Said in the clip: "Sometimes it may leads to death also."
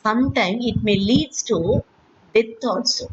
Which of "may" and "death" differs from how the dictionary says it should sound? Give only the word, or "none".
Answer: death